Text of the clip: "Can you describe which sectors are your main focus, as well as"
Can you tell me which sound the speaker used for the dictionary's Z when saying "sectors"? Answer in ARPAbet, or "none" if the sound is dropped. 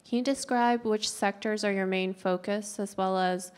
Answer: Z